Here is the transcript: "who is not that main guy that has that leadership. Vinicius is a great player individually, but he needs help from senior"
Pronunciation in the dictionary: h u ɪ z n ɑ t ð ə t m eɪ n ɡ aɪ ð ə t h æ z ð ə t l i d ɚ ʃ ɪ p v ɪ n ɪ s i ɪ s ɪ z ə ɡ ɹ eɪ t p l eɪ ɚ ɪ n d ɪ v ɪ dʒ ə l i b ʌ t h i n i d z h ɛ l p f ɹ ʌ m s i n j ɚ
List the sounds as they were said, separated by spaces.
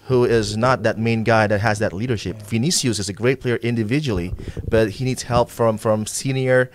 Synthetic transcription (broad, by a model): h u ɪ z n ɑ t ð ə t m eɪ n ɡ aɪ ð ə t h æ z ð ə t l i d ɚ ʃ ɪ p f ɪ n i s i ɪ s ɪ z ə ɡ ɹ eɪ t p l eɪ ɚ ɪ n d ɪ v ɪ dʒ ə l i b ʌ t h i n i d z h ɛ l p f ɹ ʌ m s i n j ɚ